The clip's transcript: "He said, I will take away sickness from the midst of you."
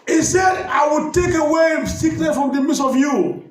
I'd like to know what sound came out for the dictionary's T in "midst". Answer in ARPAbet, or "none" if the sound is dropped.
none